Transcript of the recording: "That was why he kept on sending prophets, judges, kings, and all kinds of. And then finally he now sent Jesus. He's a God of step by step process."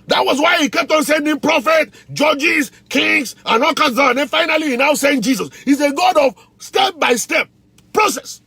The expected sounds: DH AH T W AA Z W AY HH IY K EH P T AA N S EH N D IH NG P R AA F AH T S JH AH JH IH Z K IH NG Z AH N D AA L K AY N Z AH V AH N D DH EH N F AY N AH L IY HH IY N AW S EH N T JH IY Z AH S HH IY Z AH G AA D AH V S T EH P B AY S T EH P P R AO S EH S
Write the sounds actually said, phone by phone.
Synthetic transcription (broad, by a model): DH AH T W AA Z W AY HH IY K EH P T AA N S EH N D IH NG P R AA F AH T JH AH JH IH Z K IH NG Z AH N AA L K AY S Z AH AH N D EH N F AY N AH L IY HH IY N AW S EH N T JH IY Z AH S HH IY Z AH G AA D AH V S T EH P B AY S T EH P P R AO S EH S